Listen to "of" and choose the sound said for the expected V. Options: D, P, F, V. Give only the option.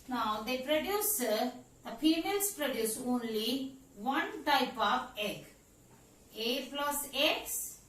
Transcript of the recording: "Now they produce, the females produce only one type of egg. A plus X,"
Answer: P